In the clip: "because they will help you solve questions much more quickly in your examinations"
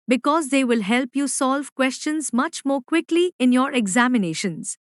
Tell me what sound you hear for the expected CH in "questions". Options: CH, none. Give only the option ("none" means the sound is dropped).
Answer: CH